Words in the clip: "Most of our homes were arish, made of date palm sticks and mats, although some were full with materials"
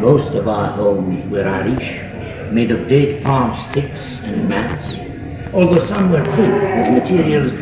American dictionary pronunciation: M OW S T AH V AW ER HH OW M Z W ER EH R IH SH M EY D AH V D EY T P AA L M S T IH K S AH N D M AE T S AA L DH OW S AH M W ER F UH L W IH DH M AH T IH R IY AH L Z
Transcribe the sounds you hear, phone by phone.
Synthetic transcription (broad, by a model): M OW S T AH V AW ER HH OW M Z W ER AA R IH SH M EY D AH V D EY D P AA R M S T IH K S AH N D M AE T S AA L DH OW S AH M W ER P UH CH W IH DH M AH T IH R IY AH L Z